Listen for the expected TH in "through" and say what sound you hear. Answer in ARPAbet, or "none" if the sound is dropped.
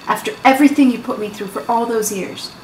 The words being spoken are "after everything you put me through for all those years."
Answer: TH